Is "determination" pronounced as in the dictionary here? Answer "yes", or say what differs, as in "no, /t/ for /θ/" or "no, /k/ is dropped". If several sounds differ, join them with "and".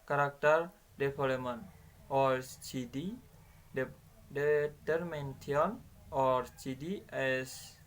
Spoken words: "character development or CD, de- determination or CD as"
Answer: no, /ʃ/ is dropped